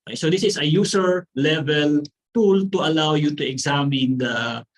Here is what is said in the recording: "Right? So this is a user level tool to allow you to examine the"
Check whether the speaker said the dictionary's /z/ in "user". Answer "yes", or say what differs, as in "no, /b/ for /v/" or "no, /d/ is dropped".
no, /s/ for /z/